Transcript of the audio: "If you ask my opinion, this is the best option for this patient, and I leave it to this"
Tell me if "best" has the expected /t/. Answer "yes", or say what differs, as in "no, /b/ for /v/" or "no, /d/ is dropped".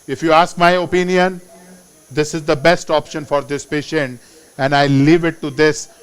yes